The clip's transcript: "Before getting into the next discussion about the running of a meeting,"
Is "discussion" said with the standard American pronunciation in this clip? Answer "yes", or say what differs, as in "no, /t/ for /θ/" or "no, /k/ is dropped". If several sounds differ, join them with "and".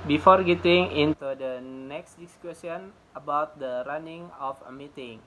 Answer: no, /s/ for /ʃ/